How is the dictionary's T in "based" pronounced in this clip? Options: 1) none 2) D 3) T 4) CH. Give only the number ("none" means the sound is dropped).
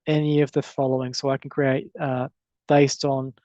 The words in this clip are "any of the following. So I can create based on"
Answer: 3